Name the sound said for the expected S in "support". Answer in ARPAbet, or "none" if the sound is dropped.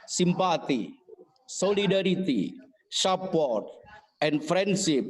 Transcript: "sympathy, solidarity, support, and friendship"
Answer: SH